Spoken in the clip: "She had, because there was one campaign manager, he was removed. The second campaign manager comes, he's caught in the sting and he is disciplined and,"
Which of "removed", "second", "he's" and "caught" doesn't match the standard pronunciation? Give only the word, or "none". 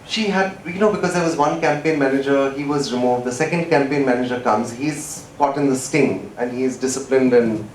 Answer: none